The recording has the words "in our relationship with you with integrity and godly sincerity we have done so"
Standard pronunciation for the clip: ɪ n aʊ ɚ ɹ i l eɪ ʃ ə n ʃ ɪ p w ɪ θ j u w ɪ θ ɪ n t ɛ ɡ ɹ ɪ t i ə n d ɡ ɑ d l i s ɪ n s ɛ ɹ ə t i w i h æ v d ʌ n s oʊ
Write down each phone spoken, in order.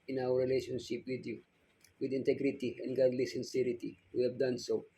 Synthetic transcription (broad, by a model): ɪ n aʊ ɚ ɹ i l eɪ ʃ ə n ʃ ɪ p w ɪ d j u w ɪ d ɪ n t ɛ ɡ ɹ ɪ t i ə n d ɡ ɑ d l i s ɪ n s ɛ ɹ ə t i w i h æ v d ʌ n s oʊ